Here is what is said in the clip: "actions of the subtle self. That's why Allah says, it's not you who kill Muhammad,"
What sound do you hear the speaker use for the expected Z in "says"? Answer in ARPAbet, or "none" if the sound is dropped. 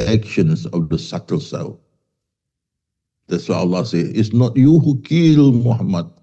none